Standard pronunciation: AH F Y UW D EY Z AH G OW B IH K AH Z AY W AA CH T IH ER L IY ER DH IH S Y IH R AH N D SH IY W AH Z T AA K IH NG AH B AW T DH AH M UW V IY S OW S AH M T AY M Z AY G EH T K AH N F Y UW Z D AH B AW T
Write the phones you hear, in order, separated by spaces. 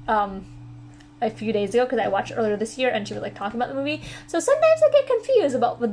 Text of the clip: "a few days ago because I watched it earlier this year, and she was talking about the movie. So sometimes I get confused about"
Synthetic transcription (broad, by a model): AH F Y UW D EY Z AH G OW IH K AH Z AY W AA CH T ER L IY ER DH IH S Y IH R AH N SH IY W AH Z T AA K IH NG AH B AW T DH AH M UW V IY S OW S AH M T AY M Z AY G EH T K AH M F Y UW Z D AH B AW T